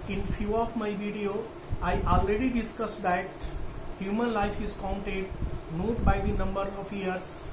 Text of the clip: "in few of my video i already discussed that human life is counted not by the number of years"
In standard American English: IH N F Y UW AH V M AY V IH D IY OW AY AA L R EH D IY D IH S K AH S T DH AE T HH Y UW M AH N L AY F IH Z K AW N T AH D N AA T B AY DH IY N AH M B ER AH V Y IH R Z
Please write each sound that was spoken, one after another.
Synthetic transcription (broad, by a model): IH N F Y UW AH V M AY V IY D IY OW AY AA L R EH D IY D IH S K AH S T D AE T HH Y UW M AH N L AY F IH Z K AW N T AH D N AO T B AY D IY N AH M B ER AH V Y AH R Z